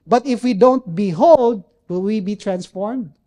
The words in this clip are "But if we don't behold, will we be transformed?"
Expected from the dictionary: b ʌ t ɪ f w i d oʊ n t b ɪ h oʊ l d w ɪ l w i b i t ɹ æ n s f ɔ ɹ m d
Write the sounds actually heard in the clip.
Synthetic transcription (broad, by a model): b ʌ t ɪ f w i d oʊ n t b ɪ h oʊ l d w ɪ l w i b i t ɹ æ n s f ɔ ɹ m d